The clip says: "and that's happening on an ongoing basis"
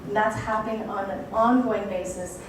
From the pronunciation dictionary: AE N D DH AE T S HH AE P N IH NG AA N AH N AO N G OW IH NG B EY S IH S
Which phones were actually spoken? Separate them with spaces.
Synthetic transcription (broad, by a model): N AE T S HH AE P IH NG AA N AH N AO N G OW IH NG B EY S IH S